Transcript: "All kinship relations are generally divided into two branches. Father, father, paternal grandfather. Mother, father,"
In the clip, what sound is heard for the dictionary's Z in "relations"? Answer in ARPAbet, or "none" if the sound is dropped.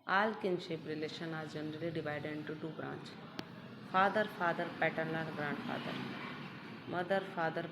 none